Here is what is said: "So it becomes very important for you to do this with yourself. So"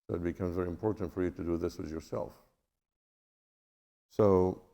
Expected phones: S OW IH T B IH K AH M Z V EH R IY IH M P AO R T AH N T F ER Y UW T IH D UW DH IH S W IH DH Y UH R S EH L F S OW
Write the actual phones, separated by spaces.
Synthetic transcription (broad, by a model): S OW IH T B IH K AH M Z V EH R IY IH M P AO R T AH N T F ER Y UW T IH D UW DH IH S W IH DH Y UH R S EH L F S OW